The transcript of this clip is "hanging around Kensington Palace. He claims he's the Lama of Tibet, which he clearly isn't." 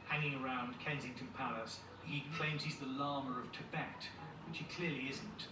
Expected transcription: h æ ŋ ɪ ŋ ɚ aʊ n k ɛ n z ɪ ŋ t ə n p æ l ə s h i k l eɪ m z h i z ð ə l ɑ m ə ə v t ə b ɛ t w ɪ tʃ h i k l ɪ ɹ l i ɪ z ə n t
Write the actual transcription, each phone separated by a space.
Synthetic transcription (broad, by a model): h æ ŋ ɪ ŋ ɚ aʊ n k ɛ n z ɪ ŋ t ə n p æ l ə s h i k l eɪ m z h i z ð ə l ɑ m ə ə v t ə b ɛ t w ɪ tʃ h i k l ɪ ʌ l i ɪ z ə n t